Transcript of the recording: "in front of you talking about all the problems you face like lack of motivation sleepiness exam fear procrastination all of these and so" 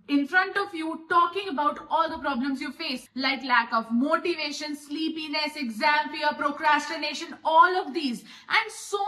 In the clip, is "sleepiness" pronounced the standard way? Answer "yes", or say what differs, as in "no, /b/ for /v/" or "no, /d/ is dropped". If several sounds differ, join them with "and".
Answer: yes